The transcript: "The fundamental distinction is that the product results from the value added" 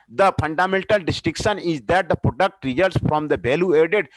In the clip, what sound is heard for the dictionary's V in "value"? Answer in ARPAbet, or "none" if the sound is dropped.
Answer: B